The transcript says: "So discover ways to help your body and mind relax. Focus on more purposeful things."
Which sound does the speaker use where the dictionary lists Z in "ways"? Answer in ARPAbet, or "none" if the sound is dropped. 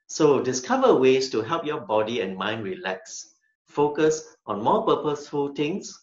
S